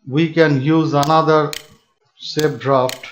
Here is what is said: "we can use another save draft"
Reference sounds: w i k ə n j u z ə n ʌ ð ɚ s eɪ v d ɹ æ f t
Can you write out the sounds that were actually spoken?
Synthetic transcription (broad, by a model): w i k ə n j u z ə n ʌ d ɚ s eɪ p d ɹ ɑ f t